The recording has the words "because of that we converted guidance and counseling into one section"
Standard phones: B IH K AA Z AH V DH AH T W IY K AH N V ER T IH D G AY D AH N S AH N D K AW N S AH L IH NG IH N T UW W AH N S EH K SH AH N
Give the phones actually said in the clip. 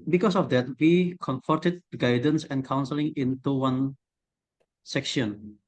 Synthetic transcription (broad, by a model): B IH K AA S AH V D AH T W IY K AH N F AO T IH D G AY D AH N S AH N K AW N S AH L IH NG IH N T UW W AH N S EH K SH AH N